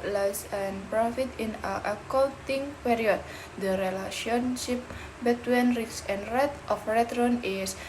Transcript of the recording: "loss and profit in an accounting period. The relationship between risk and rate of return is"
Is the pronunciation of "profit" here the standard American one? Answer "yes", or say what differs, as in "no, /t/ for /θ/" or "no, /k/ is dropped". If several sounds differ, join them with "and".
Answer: yes